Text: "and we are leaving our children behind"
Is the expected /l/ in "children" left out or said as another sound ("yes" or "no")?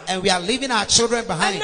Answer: no